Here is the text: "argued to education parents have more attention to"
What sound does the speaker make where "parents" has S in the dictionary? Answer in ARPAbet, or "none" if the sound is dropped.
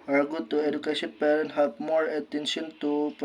none